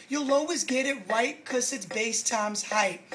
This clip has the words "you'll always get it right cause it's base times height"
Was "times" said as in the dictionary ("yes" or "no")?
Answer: yes